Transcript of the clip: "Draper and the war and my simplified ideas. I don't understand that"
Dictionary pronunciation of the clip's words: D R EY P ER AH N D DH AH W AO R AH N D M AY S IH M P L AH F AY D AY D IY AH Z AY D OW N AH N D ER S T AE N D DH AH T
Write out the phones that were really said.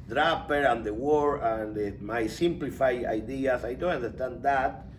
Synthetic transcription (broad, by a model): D R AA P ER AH N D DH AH W AO R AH N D M AY S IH M P L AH F AY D AY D IY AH S AY D OW N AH N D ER S T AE N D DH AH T